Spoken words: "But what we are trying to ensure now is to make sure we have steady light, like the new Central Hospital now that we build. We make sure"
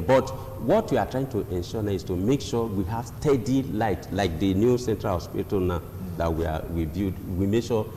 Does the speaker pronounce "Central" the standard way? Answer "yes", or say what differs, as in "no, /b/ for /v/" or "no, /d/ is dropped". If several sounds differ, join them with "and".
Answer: yes